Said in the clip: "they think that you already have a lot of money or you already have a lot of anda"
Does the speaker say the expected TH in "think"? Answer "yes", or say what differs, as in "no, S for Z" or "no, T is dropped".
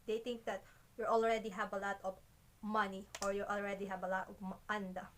no, T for TH